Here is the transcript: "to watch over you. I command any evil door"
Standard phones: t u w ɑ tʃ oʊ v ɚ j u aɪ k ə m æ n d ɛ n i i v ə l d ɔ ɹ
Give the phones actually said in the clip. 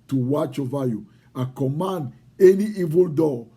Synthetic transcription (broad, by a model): t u w ɑ tʃ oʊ v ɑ j u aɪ k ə m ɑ n d ɛ n i i v ə l d ɔ